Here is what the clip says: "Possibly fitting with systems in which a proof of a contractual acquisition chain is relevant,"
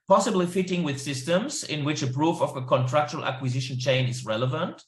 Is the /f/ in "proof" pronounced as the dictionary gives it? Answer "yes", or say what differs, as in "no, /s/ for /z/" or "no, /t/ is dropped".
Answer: yes